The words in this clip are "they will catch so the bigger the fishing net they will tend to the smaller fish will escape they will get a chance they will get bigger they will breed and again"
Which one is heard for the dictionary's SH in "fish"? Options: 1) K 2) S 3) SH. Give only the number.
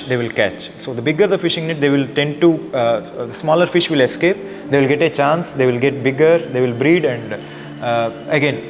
3